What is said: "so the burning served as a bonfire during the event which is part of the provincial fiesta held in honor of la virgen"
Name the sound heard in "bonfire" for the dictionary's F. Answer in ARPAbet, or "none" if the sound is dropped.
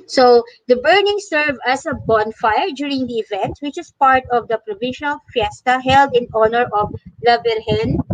F